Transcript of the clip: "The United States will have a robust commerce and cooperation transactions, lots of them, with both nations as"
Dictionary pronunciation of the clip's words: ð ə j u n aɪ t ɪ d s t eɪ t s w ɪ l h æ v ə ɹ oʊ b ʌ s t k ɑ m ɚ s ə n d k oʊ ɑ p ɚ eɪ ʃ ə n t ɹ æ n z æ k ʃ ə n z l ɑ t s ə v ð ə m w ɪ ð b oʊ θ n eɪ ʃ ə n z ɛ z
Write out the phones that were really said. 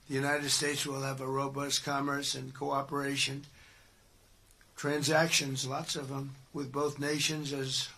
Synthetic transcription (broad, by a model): ð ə j u n aɪ t ɪ d s t eɪ t s w ɪ l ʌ v ə ɹ oʊ b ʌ s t k ɑ m ɚ s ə n k oʊ ɑ p ɚ eɪ ʃ ə n t ɹ æ n z æ k ʃ ə n z l ɑ t s ə v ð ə m w ɪ ð b oʊ θ n eɪ ʃ ə n z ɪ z